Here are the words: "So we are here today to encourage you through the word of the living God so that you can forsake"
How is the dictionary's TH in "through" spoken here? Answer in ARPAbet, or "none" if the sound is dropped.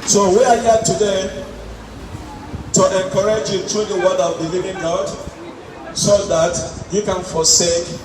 T